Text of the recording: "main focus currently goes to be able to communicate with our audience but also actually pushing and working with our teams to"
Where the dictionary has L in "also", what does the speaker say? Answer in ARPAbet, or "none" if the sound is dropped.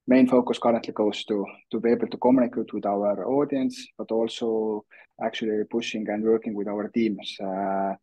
L